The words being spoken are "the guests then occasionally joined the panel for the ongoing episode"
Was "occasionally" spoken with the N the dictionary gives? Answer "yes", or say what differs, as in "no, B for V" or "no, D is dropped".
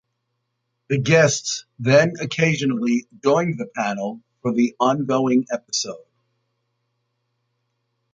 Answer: yes